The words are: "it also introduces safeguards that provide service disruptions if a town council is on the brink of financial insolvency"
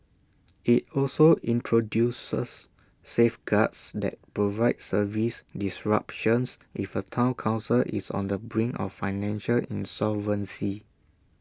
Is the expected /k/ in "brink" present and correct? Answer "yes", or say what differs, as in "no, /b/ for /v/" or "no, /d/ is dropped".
no, /k/ is dropped